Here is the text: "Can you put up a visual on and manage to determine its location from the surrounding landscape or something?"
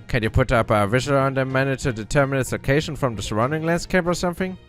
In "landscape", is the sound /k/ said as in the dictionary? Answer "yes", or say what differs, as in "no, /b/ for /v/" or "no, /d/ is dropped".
yes